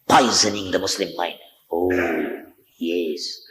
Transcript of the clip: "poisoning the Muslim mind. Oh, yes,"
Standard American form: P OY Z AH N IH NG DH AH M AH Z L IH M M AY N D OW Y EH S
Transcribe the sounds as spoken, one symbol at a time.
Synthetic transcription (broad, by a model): P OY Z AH N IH NG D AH M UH S L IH M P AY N OW Y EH S